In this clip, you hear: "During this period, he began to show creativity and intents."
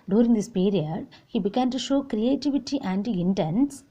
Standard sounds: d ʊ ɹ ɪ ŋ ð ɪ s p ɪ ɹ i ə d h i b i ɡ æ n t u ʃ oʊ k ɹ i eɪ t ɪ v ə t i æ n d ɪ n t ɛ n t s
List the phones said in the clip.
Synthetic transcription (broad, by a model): d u ɹ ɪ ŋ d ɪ s p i ɹ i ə d h i b i ɡ æ n t u ʃ oʊ k ɹ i eɪ t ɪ v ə t i æ n d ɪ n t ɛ n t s